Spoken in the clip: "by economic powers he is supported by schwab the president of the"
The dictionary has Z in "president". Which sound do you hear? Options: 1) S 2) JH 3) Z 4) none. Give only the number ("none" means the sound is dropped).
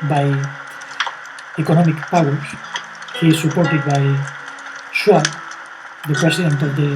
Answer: 1